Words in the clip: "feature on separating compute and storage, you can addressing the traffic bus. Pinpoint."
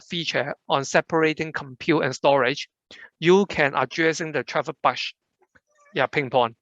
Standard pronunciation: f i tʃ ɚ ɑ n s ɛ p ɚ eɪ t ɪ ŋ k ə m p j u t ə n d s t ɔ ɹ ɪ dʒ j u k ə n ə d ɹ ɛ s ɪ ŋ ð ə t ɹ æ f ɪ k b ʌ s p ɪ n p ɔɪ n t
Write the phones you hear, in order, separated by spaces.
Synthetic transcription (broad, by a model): f i tʃ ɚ ɑ n s ɛ p ɚ eɪ t ɪ ŋ k ə m p j u t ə n s t ɔ ɹ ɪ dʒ j u k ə n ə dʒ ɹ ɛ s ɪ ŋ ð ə t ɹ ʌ p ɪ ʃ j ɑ p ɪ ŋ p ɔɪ n